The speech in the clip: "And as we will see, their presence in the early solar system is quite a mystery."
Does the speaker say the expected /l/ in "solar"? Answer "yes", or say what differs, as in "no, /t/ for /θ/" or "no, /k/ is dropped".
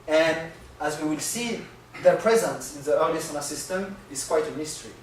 no, /n/ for /l/